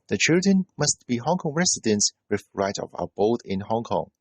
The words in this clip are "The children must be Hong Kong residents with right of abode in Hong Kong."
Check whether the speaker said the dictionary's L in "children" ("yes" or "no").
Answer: yes